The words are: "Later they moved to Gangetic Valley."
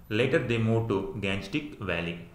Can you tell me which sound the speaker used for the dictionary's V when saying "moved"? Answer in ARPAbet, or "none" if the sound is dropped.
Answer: none